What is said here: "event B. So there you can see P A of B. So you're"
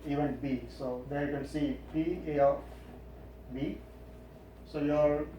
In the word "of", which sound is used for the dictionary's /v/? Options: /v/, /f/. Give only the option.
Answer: /f/